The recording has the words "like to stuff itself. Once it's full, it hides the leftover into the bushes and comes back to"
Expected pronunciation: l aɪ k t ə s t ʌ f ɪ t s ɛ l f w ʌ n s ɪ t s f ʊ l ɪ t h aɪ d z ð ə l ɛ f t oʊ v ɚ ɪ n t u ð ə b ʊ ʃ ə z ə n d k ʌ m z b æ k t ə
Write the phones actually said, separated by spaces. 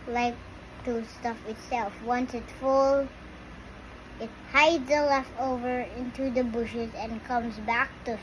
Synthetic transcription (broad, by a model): l aɪ k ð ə s t ʌ f ɪ t s ɛ l f w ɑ n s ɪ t f ʊ l ɪ t h aɪ d z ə l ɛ f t oʊ v ɚ ɪ n t u ð ə b ʊ ʃ ə z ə n k ʌ m z b æ k t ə